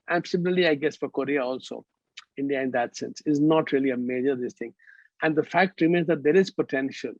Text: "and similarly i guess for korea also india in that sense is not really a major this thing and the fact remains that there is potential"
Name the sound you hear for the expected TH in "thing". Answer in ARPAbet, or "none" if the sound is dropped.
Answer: T